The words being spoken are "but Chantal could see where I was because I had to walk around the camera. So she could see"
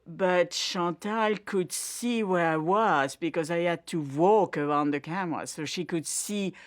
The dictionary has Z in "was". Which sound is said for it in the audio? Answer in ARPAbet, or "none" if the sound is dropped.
Z